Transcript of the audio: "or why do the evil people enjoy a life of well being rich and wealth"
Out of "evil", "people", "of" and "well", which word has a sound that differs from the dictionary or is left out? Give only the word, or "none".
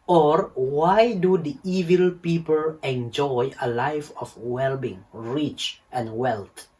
of